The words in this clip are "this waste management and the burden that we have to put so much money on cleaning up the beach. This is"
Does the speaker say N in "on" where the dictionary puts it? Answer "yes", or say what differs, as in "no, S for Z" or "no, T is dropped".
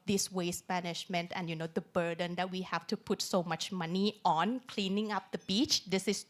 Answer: yes